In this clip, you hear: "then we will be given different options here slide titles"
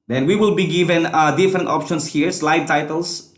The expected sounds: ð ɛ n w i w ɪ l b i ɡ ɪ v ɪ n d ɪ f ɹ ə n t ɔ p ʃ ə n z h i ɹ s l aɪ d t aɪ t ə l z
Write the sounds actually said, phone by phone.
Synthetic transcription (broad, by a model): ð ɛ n w i w ɪ l b i ɡ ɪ v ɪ n d ɪ f ɹ ə n t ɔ p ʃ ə n s h i ɹ s l aɪ d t aɪ t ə l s